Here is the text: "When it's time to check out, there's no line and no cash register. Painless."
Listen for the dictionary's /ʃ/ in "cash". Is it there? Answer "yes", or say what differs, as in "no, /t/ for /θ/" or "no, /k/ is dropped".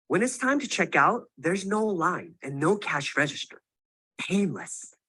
yes